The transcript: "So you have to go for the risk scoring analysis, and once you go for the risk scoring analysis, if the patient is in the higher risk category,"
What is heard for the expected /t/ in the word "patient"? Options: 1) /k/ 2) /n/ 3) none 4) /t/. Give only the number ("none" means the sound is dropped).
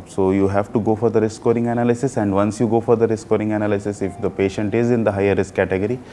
4